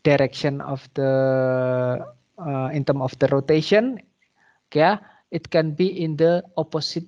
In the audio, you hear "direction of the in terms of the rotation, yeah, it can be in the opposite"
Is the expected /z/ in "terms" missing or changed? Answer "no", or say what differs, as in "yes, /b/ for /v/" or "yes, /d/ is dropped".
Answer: yes, /z/ is dropped